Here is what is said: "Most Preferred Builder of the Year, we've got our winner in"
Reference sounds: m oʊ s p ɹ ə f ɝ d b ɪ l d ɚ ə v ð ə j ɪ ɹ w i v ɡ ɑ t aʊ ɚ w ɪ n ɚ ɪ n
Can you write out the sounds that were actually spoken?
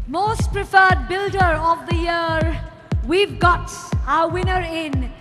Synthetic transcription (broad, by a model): m oʊ s p ɹ ə f ɝ d b ɪ l d ɚ ə v ð ə j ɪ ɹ w i v ɡ ɑ t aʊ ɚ w ɪ n ɚ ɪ n